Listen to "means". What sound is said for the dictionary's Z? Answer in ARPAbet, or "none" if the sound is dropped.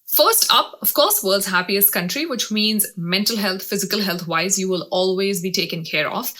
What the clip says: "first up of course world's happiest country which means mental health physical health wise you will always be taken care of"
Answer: Z